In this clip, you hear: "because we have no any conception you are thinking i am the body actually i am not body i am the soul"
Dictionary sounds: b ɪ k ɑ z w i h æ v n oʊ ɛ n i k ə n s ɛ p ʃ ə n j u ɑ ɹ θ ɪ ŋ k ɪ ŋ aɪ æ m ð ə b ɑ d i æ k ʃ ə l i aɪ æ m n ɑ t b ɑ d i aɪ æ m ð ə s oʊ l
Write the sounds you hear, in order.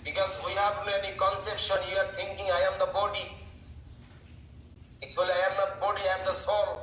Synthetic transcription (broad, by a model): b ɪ k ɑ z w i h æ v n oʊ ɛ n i k ə n s ɛ p ʃ ə n j u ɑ ɹ t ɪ ŋ k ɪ ŋ aɪ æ m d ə b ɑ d i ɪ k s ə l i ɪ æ m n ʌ b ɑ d i aɪ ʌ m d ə s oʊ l